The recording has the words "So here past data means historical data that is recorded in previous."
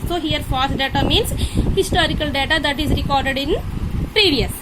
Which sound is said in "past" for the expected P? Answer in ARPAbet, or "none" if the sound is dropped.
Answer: F